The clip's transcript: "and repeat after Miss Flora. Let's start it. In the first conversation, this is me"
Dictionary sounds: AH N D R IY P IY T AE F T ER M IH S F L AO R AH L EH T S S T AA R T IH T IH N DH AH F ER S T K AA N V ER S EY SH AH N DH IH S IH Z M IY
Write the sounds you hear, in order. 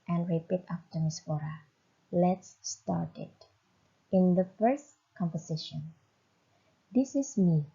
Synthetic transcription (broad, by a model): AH N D R IY P IY T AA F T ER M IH S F AO R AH L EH T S S T AA R T IH T IH N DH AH F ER S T K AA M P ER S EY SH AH N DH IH S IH S M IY